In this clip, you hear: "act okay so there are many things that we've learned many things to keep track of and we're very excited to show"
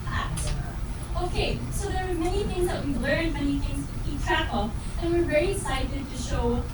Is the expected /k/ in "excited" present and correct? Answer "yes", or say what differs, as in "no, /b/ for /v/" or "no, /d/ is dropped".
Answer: no, /k/ is dropped